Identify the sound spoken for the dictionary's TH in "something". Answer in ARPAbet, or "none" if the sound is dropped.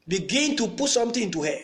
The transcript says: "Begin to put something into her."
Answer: T